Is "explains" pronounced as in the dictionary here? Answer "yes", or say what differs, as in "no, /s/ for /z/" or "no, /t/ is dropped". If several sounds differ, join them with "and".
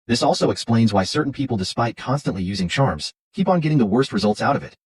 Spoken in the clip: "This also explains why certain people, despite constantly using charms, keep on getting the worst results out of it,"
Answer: yes